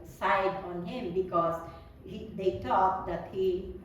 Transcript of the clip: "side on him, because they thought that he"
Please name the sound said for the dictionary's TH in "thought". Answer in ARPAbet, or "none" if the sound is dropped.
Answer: T